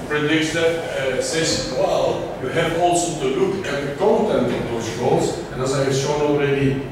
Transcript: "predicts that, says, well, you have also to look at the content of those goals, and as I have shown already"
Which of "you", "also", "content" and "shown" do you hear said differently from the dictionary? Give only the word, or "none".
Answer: none